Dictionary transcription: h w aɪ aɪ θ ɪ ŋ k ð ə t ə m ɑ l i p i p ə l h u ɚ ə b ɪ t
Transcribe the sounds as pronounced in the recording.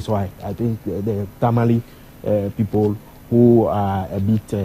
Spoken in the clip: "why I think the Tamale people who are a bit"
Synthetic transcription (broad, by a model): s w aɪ aɪ t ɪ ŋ k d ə t ə m ɑ l i p i p ə l h u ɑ ə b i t